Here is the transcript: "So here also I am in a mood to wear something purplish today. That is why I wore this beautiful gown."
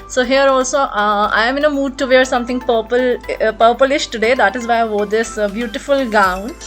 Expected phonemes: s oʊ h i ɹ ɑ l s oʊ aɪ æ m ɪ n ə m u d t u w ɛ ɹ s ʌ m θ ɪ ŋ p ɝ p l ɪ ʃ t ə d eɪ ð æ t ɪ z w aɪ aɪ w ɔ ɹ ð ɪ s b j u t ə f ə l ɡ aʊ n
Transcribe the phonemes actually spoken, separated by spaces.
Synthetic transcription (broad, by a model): s oʊ h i ɹ ɑ l s oʊ aɪ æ m ɪ n ə m u d t u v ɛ ɹ s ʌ m t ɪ ŋ p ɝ p l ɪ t t ə d eɪ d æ t ɪ z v aɪ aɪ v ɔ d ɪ s b j u t ə f ə l ɡ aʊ n